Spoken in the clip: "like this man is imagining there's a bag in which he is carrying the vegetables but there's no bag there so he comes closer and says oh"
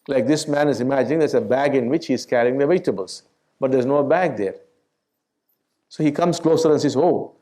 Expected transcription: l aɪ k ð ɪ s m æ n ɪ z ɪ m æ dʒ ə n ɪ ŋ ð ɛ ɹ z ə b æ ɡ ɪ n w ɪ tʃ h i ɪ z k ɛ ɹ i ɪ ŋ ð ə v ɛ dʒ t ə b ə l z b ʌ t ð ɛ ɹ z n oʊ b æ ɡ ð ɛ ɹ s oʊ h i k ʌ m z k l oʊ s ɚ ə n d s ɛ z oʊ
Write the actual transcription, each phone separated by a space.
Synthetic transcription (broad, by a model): l aɪ k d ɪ s m æ n ɪ z ɪ m æ dʒ ə n ɪ ŋ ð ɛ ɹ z ə b æ ɡ ɪ n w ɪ tʃ h i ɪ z k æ ɹ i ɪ ŋ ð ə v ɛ t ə b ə l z b ʌ t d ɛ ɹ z n oʊ b æ ɡ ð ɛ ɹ s oʊ h i k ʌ m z k l oʊ s ɚ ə n s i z oʊ